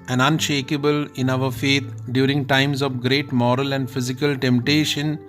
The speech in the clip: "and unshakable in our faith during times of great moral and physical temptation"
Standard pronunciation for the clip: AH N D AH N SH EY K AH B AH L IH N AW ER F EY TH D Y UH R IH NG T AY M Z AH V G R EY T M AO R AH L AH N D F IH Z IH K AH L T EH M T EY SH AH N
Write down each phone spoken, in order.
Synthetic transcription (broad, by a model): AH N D AH N SH EY K AH B AH L IH N AW ER F EY T D Y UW R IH NG T AY M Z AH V G R EY T M AO R AH L AH N D F IH Z IH K AH L T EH M T EY SH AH N